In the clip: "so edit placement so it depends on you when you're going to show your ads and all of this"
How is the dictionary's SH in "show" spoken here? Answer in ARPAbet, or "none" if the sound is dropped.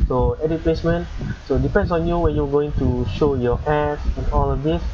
SH